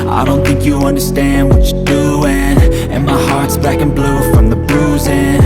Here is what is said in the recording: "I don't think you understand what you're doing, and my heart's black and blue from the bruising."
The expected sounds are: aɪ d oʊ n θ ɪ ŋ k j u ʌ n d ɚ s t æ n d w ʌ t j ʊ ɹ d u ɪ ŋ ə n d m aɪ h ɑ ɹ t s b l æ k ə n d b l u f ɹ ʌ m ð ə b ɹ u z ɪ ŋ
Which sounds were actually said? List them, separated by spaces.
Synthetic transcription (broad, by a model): aɪ d oʊ n θ ɪ ŋ k j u ʌ n d ɚ s t æ n d w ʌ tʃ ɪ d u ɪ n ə n m aɪ h ɑ ɹ t s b æ k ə n b l u f ɹ ʌ m ð ə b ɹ u z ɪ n